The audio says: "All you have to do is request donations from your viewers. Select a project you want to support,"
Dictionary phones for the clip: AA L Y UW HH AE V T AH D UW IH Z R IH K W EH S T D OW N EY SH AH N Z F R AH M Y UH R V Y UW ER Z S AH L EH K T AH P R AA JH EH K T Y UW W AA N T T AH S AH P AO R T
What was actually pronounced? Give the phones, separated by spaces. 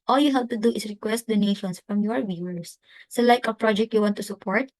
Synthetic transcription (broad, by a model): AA L Y UW HH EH P T AH D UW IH S R IH K W EH S T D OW N EY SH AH N S F R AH M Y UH R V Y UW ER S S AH L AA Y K AH P R AA JH EH K T Y UW W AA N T T AH S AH P AO R T